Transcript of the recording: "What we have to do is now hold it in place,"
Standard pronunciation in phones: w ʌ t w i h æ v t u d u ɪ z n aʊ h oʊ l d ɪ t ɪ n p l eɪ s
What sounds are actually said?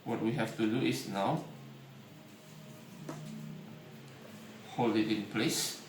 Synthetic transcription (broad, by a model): w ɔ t w i h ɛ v t u d u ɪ s n aʊ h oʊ l ɪ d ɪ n p l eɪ s